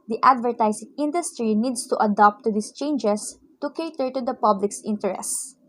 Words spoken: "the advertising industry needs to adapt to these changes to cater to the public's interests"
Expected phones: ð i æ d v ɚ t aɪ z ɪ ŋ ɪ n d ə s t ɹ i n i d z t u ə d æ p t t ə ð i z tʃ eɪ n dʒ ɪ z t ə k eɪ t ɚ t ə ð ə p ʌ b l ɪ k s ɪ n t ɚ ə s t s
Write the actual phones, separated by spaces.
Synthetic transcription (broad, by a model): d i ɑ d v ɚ t aɪ s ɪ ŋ ɪ n d ə s t ɹ i n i d s t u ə d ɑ p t t ə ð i s tʃ eɪ n dʒ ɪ s t ə k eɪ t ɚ t ə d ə p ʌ b l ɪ k s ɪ n t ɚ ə s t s